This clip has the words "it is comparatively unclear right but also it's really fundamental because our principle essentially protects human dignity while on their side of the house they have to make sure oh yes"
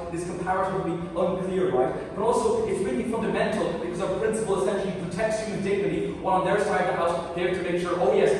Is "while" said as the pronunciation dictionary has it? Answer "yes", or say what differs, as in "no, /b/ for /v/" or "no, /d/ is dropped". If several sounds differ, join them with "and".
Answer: no, /n/ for /l/